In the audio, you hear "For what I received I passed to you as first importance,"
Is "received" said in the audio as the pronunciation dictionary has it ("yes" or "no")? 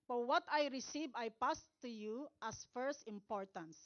no